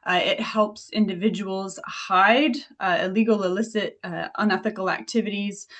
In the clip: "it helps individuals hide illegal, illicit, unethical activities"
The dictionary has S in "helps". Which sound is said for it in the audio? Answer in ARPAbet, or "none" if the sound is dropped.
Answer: S